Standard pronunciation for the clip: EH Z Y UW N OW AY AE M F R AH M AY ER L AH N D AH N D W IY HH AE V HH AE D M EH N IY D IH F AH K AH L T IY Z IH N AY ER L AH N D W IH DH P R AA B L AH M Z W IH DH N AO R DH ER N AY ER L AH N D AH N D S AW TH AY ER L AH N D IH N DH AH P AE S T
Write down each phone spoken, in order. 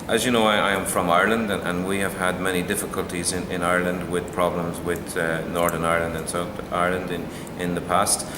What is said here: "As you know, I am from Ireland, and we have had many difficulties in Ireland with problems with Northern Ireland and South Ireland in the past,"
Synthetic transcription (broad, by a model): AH Z Y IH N OW AY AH M F R AH M AY ER L AH N D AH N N W IY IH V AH D M EH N IY D IH F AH K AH L T IY Z IH N AY ER L AH N D W IH DH P R AA B L AH M Z W IH DH N AO R DH ER N AY ER L AH N D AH N S AW TH AY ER L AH N D IH N DH AH P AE S T